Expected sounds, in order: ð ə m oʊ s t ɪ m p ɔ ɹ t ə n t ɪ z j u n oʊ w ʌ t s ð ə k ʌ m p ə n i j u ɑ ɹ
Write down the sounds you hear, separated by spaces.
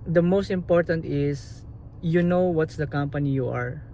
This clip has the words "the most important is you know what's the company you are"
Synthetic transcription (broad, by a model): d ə m oʊ s t ɪ m p ɔ ɹ t ə n t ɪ s j u n oʊ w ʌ t s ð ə k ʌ m p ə n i j u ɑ ɹ